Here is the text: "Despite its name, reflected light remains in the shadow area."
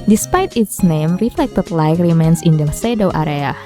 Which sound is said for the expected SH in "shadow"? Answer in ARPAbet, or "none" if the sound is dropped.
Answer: S